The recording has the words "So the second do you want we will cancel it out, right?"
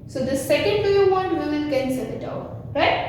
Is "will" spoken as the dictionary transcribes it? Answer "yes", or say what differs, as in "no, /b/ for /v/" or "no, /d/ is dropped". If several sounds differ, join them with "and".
no, /n/ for /l/